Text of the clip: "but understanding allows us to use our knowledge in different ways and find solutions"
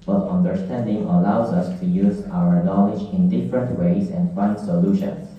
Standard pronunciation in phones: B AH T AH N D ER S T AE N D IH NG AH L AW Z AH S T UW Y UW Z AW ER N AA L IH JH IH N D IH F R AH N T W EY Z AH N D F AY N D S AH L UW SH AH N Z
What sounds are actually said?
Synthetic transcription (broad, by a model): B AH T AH N D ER S T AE N D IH NG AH L AW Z AH S T UW Y UW Z AW ER N AA L IH JH IH N D IH F R AH N T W EY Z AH N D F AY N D S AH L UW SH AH N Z